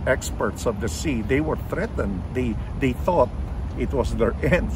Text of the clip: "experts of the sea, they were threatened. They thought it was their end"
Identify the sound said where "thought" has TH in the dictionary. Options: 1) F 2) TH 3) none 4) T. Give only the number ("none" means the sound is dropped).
2